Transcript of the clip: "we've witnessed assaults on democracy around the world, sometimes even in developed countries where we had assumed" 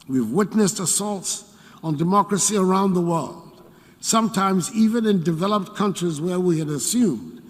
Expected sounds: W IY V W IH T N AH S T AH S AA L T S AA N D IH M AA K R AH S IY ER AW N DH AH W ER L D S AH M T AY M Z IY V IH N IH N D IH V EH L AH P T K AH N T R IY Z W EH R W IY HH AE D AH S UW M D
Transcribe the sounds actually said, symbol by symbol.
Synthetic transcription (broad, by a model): W IY V W IH T N AH S T AH S AA L T S N D IH M AA K R AH S IY ER AW N DH AH W ER L D S AH M T AY M Z IY V IH N IH N D IH V EH L AH P T K AH N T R IY Z W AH R W IY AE D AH S UW M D